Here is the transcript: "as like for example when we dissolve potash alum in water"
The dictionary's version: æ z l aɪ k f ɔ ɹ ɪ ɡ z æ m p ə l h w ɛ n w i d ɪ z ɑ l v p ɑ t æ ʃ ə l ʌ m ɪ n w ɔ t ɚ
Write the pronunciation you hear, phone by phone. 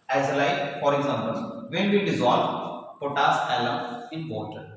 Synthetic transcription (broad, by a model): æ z l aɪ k f ɔ ɹ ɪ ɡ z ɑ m b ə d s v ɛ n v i d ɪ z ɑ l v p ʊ t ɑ s ə l ʌ m ɪ n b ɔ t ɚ